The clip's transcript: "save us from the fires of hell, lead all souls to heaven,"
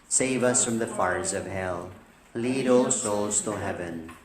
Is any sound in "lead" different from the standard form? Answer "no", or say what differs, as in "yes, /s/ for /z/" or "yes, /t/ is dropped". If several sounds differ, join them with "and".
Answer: no